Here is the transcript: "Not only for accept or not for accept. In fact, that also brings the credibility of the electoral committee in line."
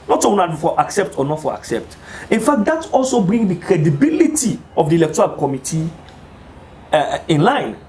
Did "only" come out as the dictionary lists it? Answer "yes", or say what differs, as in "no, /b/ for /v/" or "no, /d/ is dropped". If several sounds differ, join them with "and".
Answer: no, /l/ is dropped